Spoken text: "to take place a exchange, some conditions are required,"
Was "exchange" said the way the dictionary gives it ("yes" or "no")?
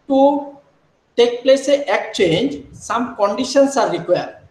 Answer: no